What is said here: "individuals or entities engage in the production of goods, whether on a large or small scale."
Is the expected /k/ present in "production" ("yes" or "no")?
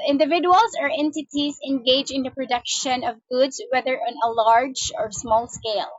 yes